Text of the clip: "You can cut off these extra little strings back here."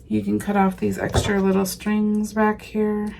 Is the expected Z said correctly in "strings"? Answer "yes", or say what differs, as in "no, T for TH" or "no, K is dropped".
yes